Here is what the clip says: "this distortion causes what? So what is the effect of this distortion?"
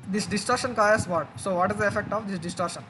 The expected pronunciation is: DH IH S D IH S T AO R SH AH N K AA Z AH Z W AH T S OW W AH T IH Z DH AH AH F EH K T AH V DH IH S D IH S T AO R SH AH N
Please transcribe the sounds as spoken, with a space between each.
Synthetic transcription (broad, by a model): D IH S D IH S T AO R SH AH N K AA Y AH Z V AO T S OW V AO T IH Z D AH AH F EH K T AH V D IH S D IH S T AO R SH AH N